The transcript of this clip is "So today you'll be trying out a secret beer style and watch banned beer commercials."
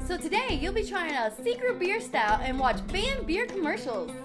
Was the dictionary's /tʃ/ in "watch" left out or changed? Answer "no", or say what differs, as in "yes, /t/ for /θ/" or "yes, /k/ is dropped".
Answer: no